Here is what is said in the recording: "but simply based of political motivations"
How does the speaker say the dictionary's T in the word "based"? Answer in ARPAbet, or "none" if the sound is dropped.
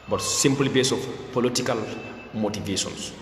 none